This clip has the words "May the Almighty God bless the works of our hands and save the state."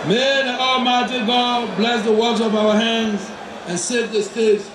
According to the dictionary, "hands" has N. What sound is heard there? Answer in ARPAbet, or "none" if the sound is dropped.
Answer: N